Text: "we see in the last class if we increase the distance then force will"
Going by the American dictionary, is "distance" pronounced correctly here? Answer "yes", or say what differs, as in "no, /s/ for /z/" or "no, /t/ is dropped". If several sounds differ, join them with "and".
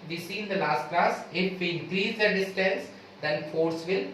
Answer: yes